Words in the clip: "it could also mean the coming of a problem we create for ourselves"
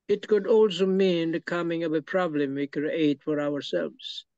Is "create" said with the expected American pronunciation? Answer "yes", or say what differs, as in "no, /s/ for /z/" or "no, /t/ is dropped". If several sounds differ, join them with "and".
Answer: no, /ɹ/ is dropped